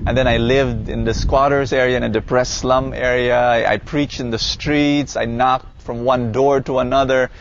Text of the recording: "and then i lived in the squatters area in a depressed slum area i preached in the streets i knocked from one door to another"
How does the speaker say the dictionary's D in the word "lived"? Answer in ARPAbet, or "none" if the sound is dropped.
D